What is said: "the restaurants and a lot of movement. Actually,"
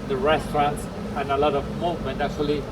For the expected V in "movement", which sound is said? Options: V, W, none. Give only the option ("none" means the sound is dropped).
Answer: none